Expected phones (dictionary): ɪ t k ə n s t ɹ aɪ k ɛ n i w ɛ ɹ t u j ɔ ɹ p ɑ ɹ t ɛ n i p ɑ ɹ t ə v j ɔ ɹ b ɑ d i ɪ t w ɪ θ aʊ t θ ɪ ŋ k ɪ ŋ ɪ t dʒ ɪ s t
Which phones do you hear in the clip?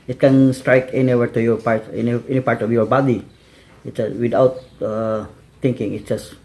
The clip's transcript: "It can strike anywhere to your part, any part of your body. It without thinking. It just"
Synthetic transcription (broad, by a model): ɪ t k ə n s t ɹ aɪ k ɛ n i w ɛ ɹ t u j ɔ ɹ p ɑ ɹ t ɛ n i p ɑ ɹ t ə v j ɔ ɹ b ɑ d i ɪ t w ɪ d aʊ t t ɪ ŋ k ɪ ŋ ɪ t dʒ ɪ s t